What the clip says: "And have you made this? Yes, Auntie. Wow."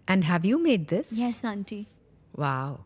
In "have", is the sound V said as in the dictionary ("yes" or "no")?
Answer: yes